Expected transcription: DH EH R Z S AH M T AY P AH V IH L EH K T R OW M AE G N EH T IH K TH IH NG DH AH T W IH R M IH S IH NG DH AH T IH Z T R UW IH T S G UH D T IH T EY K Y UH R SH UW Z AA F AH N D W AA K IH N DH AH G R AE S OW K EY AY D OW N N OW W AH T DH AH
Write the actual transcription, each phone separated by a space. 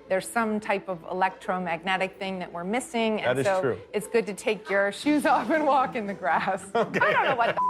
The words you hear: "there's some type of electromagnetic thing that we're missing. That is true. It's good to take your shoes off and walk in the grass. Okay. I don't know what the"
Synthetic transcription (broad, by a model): DH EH R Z S AH M T AY P AH V IH L EH K T R OW M AE G N EH T IH K TH IH NG DH AH T W IH R M IH S IH NG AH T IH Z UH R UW IH T S G UH D T IH T EY K Y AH R SH UW Z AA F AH N W AA K IH N DH AH G R AE S OW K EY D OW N N OW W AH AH